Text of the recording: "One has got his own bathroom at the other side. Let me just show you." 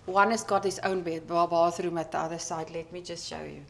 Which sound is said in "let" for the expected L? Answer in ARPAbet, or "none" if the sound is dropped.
L